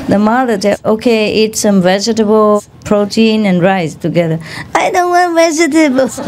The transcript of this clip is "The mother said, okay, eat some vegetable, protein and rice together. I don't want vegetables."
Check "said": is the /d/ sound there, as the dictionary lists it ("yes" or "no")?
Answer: no